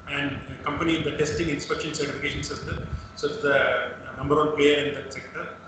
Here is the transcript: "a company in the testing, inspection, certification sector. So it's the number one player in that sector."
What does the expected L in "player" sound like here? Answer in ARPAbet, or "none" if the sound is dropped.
none